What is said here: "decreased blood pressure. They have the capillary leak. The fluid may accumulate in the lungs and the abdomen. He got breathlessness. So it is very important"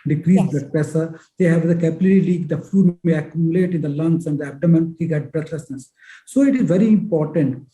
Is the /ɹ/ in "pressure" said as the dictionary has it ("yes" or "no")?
no